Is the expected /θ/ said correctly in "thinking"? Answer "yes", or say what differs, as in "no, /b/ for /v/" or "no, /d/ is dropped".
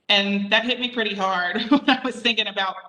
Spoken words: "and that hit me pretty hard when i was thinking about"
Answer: yes